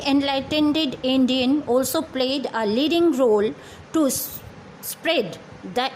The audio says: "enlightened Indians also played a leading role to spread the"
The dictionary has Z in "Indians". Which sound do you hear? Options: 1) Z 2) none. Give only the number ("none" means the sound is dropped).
2